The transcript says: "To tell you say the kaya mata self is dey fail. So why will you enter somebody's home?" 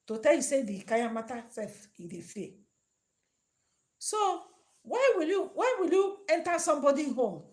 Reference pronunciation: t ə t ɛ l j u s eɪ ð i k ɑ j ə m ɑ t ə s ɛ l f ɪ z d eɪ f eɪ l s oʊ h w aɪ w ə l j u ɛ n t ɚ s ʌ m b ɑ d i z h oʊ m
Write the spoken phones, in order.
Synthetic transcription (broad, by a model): t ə t ɛ l j u s eɪ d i k ɑ j ə m ɑ t ə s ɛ f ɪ d eɪ f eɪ s oʊ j w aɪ w ə l j u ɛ n t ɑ s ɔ m b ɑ d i h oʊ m